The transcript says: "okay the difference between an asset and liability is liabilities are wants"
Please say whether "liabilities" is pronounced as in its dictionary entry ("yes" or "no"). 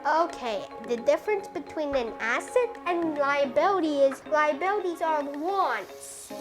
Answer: yes